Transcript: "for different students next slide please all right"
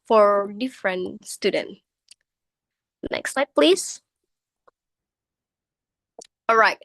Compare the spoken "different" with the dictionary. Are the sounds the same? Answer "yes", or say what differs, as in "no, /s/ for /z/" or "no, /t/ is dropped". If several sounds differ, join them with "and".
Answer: yes